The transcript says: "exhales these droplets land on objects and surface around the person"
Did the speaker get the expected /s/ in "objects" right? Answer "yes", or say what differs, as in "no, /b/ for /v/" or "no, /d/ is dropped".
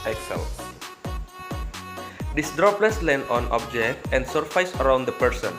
no, /s/ is dropped